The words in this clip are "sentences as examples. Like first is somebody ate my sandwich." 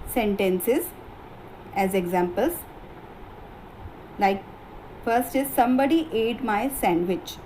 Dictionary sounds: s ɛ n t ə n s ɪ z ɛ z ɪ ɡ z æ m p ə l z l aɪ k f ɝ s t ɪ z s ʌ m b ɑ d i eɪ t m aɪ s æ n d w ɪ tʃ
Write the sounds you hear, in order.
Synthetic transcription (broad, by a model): s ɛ n t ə n s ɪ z ɛ z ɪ ɡ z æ m p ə l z l aɪ k f ɝ s t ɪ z s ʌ m b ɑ d i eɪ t m aɪ s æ n d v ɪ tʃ